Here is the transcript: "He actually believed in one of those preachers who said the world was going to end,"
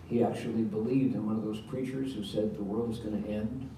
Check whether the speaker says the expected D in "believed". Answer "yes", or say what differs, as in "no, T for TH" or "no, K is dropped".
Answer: yes